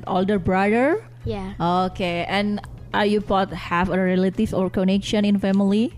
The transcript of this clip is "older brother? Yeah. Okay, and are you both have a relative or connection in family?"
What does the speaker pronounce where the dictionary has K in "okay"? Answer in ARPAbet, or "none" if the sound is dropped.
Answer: K